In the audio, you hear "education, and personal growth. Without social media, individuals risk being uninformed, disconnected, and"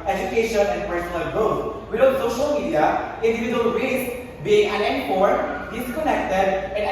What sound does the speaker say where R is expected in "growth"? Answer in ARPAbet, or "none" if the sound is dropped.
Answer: none